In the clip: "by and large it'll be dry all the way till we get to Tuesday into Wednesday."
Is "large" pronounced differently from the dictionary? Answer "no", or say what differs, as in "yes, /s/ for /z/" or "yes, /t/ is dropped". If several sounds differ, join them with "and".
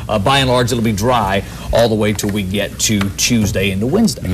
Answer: yes, /z/ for /dʒ/